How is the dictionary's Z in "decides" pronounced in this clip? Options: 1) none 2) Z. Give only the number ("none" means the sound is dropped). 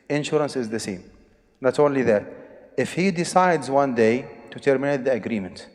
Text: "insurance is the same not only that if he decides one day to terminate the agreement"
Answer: 2